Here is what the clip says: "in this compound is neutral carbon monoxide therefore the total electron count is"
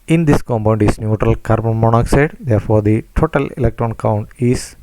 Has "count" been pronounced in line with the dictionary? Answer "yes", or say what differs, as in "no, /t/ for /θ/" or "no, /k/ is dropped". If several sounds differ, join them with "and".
yes